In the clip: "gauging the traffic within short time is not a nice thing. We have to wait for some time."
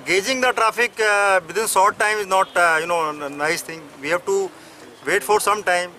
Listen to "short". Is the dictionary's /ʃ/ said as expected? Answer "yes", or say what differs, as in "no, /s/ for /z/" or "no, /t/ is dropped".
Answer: no, /s/ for /ʃ/